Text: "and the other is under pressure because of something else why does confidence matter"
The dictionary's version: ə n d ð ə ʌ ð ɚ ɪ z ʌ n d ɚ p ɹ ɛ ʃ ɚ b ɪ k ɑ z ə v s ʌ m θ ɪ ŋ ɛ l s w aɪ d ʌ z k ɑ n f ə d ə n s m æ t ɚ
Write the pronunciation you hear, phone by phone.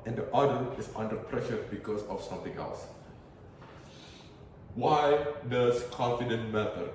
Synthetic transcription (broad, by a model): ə n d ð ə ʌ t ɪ s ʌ n d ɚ p ɹ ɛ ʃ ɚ b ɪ k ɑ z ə f s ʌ m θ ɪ ŋ ɛ l s w aɪ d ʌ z k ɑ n f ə d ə n m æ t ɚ